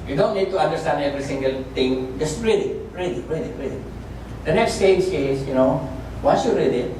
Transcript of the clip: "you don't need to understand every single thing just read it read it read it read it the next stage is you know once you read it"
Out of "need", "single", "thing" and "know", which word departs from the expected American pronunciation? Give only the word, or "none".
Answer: thing